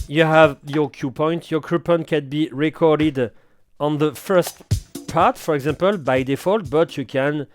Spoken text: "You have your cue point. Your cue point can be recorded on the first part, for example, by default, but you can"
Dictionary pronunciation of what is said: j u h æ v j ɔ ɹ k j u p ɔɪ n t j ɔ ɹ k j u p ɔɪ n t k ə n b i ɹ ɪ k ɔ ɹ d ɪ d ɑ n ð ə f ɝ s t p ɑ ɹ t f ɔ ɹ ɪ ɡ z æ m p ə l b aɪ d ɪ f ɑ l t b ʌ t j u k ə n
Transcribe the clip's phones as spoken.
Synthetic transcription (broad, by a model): j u h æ v j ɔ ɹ k j u p ɔɪ n t j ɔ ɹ k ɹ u p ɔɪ n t k ə n b i ɹ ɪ k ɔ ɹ d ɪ d ɑ n ð ə f ɝ s t p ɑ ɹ t f ɔ ɹ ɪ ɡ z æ m p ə l b aɪ d ɪ f ɑ l t b ʌ t j u k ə n